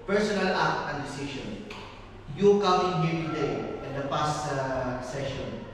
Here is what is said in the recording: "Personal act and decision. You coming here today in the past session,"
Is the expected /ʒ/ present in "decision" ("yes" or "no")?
no